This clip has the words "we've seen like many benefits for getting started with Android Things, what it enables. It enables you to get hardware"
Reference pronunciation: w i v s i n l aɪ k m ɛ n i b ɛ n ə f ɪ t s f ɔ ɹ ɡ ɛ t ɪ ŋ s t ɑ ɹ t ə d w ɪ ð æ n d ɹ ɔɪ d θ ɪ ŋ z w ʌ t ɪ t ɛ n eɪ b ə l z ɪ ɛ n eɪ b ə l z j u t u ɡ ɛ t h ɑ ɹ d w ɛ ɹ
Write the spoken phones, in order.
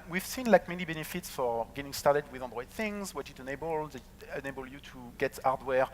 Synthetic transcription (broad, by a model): w i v s i n l aɪ k m ɛ n i b ɛ n ə f ɪ t s f ɔ ɹ ɡ ɛ t ɪ ŋ s t ɑ ɹ t ə d w ɪ ð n d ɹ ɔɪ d θ ɪ ŋ z w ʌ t ɪ t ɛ n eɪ b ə l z ɪ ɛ n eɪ b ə l j u t u ɡ ɛ t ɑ ɹ d w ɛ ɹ